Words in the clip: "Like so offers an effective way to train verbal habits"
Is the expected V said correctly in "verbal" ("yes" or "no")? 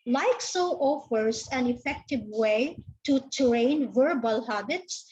yes